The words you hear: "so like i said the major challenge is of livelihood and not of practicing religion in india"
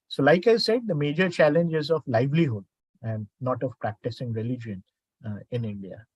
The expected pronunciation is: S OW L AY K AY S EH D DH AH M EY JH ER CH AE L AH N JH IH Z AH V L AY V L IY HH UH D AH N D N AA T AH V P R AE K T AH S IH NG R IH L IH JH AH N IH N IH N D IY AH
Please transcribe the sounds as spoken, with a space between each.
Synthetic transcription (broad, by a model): S OW L AY K AY S EH D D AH M EY JH ER CH AE L AH N JH IH Z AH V L AY V L IY HH UH D AH N D N AA T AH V P R AE K T AH S IH NG R IH L IH JH AH N IH N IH N D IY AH